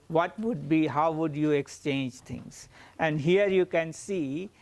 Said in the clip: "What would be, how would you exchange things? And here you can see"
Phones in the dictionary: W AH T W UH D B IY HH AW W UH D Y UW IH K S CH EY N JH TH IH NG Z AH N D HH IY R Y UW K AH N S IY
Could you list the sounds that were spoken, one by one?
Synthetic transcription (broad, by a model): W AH T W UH D B IY HH AW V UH D Y UW IH K S CH EY N JH T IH NG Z AH N D HH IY R Y UW K AH N S IY